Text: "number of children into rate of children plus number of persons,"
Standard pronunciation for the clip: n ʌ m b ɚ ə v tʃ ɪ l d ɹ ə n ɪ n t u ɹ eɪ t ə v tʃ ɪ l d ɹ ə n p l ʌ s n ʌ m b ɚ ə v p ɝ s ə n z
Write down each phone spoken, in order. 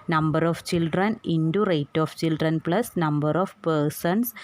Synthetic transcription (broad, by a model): n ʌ m b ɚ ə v tʃ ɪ l d ɹ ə n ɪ n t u ɹ eɪ t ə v tʃ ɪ l d ɹ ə n p l ʌ s n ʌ m b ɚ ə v p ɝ s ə n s